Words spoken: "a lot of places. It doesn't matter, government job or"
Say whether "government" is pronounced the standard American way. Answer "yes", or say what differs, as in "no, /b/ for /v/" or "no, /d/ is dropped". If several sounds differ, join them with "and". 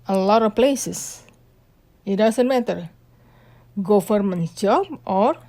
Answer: no, /f/ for /v/